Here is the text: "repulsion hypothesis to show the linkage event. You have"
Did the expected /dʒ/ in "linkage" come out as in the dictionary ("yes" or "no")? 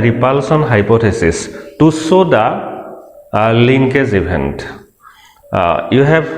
no